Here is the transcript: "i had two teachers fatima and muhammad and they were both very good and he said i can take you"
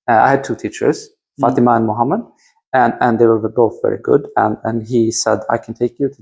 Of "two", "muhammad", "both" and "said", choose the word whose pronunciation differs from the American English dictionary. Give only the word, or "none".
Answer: none